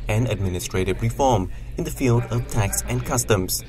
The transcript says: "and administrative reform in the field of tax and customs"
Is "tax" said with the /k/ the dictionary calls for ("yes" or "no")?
yes